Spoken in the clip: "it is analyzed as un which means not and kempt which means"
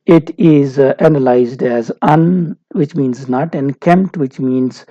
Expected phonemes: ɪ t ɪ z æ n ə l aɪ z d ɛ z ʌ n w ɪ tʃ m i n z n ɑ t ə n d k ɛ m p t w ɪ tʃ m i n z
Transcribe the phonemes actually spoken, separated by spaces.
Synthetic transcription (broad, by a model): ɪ t ɪ z æ n ə l aɪ z d ɛ z ʌ n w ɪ tʃ m i n z n ɑ t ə n k ɛ m p t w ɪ tʃ m i n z